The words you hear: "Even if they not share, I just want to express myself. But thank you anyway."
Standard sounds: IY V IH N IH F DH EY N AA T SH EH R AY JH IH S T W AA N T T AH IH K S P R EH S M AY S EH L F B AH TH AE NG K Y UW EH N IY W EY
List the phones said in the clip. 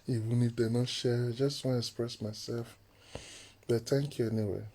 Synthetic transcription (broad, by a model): IY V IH N IH F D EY N AA T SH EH JH IH S T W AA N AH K S P R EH S M AY S EH L F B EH T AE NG K Y UW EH N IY W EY